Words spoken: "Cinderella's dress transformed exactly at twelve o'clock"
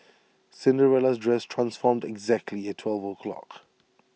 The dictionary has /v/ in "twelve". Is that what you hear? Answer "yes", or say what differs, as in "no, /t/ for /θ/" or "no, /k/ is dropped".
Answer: yes